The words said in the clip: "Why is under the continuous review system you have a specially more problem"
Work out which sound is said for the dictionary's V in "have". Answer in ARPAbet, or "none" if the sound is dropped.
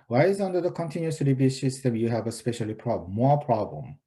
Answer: V